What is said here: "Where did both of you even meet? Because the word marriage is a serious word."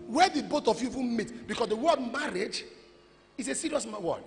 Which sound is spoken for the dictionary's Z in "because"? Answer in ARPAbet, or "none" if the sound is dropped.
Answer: S